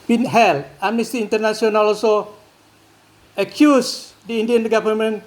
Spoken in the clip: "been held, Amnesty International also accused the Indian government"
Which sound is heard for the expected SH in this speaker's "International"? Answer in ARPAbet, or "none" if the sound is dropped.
S